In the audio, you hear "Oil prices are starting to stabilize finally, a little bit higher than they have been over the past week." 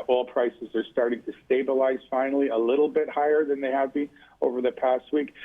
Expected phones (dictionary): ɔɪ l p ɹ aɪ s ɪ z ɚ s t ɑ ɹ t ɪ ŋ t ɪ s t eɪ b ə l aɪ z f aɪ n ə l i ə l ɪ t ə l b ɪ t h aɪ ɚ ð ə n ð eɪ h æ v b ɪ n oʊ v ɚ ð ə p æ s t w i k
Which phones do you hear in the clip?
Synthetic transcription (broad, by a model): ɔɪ l p ɹ aɪ s ɪ z ɚ s t ɑ ɹ t ɪ ŋ t ɪ s t eɪ b ə l aɪ z f aɪ n l i ə l ɪ t l b ɪ t h aɪ ɚ ð ə n ð eɪ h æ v b ɪ n oʊ v ɚ ð ə p æ s t w i k